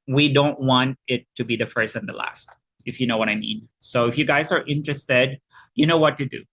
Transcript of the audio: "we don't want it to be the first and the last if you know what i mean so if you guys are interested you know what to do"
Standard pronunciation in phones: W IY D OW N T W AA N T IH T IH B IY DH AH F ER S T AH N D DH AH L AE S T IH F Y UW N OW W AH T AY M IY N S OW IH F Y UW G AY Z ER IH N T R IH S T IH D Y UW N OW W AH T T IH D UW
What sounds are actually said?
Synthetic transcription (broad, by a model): W IY D OW N T W AA N T IH T IH B IY DH AH F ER S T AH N DH AH L AE S T IH F Y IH N OW W AH T AY M IY N S OW IH F Y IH G AY Z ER IH N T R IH S T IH D Y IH N OW W AH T T IH D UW